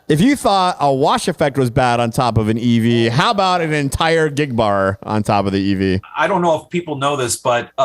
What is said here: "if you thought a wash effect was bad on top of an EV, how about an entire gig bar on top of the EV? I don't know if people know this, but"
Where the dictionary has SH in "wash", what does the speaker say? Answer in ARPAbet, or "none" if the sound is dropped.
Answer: SH